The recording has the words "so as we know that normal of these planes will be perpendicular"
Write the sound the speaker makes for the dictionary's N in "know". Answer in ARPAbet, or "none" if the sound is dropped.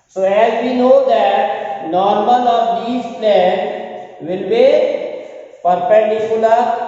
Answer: N